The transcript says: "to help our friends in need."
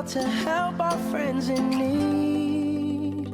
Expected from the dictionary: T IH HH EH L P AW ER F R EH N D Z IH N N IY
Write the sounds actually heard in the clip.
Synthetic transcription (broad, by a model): T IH HH EH L P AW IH F R EH N D Z IH N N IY